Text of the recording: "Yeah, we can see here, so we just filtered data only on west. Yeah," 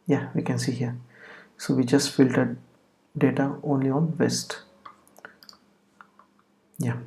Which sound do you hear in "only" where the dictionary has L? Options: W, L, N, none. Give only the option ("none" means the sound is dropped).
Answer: L